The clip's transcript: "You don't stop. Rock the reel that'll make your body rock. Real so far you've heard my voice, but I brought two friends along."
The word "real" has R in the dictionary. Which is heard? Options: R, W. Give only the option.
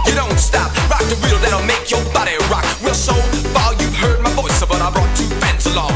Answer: W